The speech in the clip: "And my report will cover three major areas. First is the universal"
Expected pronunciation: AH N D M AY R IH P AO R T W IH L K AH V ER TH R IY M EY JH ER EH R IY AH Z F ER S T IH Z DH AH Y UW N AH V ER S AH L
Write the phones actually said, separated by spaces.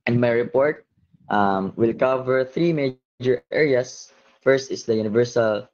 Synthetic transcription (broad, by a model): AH N D M AY R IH P AO R T W IH L K AH V ER TH R IY M EY JH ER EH R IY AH S F ER S T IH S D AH Y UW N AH V ER S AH L